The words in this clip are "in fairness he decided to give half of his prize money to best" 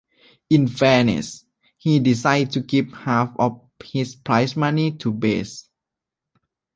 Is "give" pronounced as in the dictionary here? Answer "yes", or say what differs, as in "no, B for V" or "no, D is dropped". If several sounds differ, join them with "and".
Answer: no, P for V